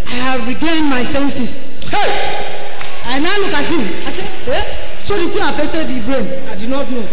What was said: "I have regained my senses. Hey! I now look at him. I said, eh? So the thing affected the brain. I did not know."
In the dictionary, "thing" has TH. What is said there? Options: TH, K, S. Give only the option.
S